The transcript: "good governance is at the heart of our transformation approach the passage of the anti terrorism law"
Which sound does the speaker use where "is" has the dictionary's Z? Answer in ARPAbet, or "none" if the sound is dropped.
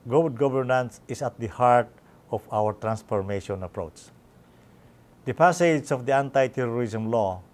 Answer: S